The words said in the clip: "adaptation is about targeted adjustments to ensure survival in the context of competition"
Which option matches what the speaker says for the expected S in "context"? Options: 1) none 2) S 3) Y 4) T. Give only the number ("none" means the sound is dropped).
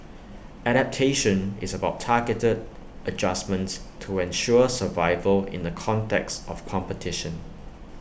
2